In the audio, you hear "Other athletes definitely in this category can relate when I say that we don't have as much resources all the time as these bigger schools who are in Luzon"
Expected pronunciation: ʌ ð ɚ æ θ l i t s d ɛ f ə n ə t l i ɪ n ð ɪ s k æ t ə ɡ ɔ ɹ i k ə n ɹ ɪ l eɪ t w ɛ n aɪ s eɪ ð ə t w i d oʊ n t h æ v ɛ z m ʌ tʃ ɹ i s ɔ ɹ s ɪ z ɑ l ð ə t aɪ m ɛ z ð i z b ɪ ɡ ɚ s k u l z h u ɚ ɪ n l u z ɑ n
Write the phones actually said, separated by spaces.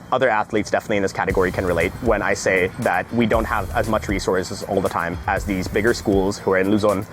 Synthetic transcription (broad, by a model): ʌ ð ɚ æ θ l i t s d ɛ f ə n ə t l i ɪ n ð ɪ s k æ t ə ɡ ɔ ɹ i k ə n ɹ ɪ l eɪ t w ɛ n aɪ s eɪ ð ə t w i d oʊ n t h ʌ v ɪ z m ʌ tʃ ɹ i s ɔ ɹ s ɪ z ɑ l ð ə t aɪ m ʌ z ð i z b ɪ ɡ ɚ s k u l z h u ɚ ɪ n l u z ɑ n